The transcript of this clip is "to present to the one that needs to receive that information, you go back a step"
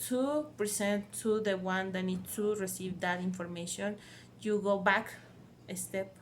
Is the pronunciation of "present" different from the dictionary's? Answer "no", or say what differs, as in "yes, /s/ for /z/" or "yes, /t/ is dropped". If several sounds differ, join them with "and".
yes, /s/ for /z/